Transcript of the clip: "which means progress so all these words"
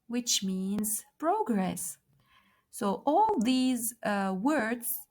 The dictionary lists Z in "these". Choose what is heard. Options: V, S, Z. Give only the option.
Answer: Z